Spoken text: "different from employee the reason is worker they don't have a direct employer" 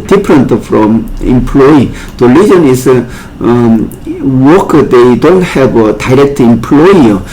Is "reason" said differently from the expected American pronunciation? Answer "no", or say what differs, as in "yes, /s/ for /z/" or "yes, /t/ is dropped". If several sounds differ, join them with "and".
yes, /l/ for /ɹ/